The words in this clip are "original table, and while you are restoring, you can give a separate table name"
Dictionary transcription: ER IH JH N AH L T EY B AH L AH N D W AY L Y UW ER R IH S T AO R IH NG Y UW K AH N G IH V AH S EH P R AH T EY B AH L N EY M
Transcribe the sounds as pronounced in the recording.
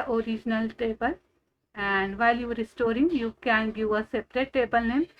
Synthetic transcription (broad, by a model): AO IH JH N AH L T EY B AH L AH N D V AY L Y UW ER R IH S T AO R IH NG Y UW K AH N G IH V AH S EH P R AH T EY B AH L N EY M